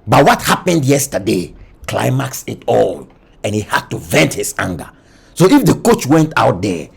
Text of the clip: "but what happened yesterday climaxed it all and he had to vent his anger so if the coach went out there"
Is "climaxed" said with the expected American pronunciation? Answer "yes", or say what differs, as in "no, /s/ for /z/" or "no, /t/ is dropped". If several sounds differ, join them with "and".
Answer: no, /t/ is dropped